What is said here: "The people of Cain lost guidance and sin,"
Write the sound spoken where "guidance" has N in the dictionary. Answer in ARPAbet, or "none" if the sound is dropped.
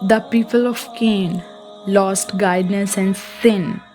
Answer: none